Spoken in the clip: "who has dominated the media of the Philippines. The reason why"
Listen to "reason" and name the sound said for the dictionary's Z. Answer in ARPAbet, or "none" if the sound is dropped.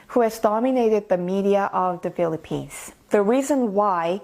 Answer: Z